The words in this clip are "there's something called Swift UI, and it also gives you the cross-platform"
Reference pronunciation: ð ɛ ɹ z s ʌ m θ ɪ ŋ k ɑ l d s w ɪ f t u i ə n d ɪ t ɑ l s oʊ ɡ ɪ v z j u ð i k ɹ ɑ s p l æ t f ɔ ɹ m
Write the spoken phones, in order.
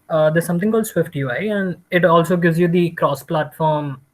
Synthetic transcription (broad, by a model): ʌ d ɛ s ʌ m t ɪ ŋ k ɑ l d s w ɪ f t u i ə n d ɪ t ɑ l s oʊ ɡ ɪ v z j u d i k ɹ ɑ s p l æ t f ɔ ɹ m